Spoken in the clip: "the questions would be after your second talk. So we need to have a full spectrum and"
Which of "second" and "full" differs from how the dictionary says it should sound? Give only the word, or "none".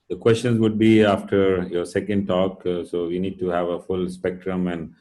none